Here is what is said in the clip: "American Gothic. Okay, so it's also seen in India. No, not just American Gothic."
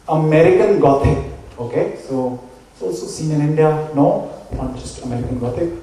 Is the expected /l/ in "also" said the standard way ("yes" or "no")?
no